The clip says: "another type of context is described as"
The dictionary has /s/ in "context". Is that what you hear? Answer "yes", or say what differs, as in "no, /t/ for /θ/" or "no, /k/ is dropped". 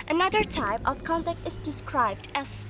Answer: no, /s/ is dropped